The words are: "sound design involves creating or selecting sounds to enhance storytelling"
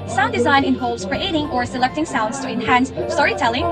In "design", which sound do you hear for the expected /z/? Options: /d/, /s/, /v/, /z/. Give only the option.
/z/